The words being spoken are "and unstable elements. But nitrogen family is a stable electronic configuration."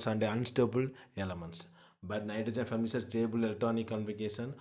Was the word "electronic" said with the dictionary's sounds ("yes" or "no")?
no